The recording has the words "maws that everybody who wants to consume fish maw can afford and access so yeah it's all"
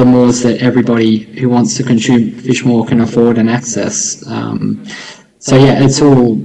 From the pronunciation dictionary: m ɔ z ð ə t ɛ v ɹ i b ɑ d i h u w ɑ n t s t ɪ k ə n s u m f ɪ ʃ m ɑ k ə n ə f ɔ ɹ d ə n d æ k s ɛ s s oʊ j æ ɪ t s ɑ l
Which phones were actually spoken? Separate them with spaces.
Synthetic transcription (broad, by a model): m ɔ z ð ə t ɛ v ɹ i b ɑ d i h u w ɑ n t s t ɪ k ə n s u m f ɪ ʃ m ɑ k ə n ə f ɔ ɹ d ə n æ k s ɛ s s oʊ j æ ɪ t s ɑ l